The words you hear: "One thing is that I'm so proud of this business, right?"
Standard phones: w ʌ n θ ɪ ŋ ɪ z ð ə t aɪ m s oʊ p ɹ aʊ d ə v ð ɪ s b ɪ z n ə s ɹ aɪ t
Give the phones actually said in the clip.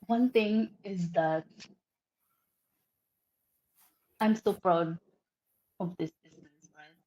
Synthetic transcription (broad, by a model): w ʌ n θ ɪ ŋ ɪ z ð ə t aɪ m s oʊ p ɹ aʊ d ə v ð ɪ s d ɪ s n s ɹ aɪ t